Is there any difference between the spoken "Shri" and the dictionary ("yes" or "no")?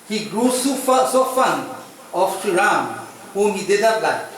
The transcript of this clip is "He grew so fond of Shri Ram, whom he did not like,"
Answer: yes